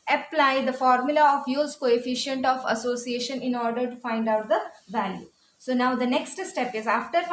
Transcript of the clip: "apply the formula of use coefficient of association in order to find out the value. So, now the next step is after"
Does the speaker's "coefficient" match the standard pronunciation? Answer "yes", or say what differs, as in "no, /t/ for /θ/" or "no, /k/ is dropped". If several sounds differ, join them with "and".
yes